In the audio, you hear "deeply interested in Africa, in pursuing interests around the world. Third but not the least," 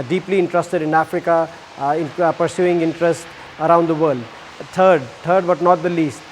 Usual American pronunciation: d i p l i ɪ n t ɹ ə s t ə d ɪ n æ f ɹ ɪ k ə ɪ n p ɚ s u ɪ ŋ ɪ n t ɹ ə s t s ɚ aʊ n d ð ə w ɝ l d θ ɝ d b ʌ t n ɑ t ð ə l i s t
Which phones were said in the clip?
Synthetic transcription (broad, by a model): d i p l i ɪ n t ɹ ə s t ə d ɪ n æ f ɹ ɪ k ə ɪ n p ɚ s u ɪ ŋ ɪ n t ɹ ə s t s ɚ aʊ n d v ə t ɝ d t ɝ d b ʌ t n ɑ t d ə l i s t